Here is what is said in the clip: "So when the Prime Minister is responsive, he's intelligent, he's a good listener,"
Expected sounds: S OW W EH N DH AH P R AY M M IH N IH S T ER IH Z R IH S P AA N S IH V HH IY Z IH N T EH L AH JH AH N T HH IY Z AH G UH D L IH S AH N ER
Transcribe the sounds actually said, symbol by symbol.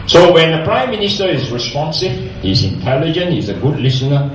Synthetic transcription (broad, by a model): S OW W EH N DH AH P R AY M M IH N IH S T ER IH Z R IH S P AA N S IH V HH IY Z IH N T EH L AH JH AH N T HH IY Z AH G UH D L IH S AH N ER